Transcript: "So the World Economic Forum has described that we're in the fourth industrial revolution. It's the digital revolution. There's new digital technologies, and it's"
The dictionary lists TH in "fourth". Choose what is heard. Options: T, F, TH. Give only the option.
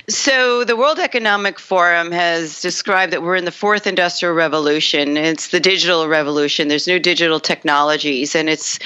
TH